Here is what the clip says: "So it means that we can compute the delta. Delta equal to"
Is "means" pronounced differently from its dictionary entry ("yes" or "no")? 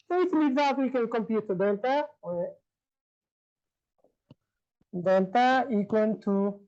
yes